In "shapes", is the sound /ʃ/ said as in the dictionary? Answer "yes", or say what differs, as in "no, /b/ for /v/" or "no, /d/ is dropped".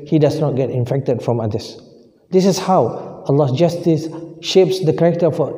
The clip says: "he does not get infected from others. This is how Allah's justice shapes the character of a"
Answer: yes